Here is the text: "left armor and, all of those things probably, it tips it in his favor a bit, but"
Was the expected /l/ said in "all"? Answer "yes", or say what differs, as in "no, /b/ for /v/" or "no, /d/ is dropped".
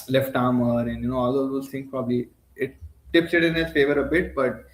no, /n/ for /l/